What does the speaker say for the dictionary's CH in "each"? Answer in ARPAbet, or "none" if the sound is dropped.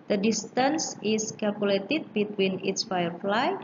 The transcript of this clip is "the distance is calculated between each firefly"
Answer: S